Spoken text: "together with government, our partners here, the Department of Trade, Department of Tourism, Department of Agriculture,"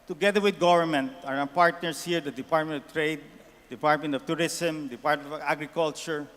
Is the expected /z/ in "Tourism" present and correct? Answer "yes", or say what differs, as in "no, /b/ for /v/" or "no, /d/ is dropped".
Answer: no, /s/ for /z/